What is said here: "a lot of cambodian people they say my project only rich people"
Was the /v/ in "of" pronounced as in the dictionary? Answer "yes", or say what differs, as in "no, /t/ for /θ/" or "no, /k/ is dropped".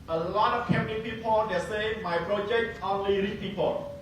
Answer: no, /f/ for /v/